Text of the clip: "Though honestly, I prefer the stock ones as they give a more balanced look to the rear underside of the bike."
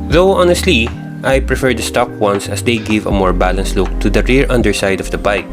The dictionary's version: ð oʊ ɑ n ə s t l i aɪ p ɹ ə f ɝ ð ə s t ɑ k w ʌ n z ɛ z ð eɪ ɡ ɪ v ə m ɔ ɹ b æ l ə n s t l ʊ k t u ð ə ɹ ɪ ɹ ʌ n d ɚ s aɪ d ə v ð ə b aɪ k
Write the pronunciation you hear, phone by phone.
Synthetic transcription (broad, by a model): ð oʊ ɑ n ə s t l i aɪ p ɹ ə f ɝ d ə s t ɑ k w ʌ n s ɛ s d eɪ ɡ ɪ v ə m ɔ ɹ b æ l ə n s t l ʊ k t u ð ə ɹ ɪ ɹ ʌ n d ɚ s aɪ d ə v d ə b aɪ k